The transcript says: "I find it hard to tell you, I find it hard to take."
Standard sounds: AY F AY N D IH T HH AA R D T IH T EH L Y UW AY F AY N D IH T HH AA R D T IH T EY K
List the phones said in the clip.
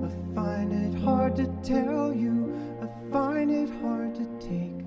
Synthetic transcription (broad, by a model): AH F AY N IH T HH AA R D T IH T EH L Y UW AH F AY N IH T HH AA R D T IH T EY K